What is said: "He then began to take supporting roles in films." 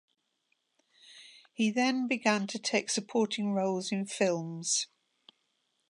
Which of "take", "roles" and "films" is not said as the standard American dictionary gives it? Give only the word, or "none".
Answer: none